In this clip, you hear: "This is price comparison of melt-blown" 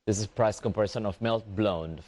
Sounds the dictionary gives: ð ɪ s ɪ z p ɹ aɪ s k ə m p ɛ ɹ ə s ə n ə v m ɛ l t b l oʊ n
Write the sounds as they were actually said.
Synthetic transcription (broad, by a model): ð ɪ s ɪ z p ɹ aɪ s k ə m p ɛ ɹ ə ʃ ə n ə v m ɛ l t b l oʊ n